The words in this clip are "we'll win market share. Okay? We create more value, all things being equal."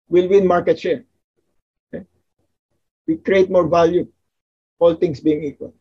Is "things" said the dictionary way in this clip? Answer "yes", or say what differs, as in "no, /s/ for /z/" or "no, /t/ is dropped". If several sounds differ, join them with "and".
no, /t/ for /θ/ and /s/ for /z/